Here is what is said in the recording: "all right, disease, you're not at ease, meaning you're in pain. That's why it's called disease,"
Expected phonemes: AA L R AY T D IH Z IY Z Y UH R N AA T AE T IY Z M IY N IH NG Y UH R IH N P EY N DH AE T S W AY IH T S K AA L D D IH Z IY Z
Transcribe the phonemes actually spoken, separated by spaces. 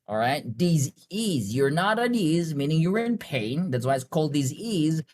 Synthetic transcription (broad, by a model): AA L R AY T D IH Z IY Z Y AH R N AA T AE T IY Z M IY N IH NG Y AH R IH N P EY N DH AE T S W AY IH T S K AA L D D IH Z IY Z